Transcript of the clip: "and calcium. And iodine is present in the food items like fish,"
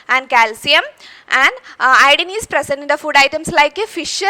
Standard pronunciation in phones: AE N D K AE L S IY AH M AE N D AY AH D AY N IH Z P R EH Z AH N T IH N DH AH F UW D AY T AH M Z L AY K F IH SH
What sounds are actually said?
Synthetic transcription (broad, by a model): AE N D K AE L S IY AH M AE N D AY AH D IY N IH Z P R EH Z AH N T IH N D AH F UW D AY T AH M S L AY K F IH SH